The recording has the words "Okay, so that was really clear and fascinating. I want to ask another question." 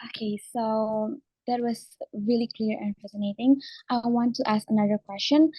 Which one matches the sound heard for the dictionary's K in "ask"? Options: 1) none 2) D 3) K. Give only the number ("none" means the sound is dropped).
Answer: 3